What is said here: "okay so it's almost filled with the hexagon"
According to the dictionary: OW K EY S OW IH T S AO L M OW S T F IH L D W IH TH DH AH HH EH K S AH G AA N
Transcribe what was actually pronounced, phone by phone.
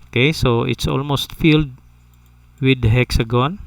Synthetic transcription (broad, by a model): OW K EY S OW IH T S AO L M OW S T F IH L D W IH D HH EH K S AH G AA N